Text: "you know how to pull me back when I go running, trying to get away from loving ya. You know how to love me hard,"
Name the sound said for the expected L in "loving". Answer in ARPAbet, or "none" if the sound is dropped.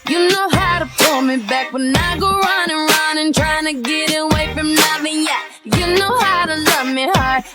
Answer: N